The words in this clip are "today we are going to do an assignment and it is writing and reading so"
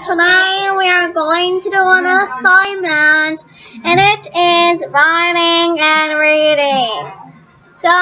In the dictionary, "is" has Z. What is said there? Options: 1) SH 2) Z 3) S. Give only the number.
2